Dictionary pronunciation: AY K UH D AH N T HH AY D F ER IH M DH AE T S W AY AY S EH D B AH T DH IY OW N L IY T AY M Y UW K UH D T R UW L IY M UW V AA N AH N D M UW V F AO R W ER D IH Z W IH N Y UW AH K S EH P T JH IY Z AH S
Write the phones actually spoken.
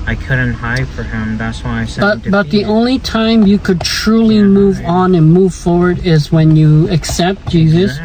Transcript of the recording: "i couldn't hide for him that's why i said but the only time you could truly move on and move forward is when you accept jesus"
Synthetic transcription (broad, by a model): AY K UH D N T HH AY D F ER IH M DH AE T S W AY AY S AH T B AH T DH IY OW N L IY T AY M Y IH K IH D T R UW L IY M UW V N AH N M UW V F AO R W ER D IH Z W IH N Y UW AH K S EH P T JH IY Z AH S